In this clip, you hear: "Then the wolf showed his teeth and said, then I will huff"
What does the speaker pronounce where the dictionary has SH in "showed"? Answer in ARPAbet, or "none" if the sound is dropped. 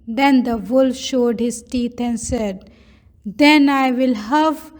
SH